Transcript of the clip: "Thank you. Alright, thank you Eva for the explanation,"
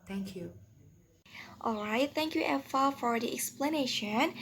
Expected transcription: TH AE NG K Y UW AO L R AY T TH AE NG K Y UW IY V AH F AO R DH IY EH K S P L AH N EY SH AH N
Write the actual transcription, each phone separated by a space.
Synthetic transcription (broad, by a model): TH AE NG K Y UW AO L R AY T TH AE NG K Y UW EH F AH F AO R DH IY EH K S P L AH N EY SH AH N